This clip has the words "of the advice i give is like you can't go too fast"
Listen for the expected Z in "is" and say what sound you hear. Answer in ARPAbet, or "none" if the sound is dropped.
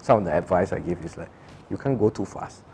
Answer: S